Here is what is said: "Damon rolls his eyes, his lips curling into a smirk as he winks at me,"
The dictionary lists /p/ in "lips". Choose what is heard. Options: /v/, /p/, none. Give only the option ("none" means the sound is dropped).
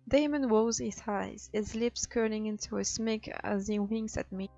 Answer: /p/